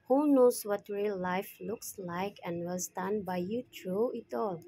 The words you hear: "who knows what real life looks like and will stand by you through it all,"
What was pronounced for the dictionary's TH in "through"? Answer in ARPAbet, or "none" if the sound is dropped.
T